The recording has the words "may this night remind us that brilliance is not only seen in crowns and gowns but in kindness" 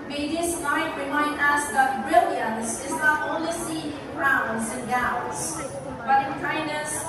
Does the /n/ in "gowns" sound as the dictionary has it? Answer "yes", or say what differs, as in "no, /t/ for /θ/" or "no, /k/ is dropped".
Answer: no, /n/ is dropped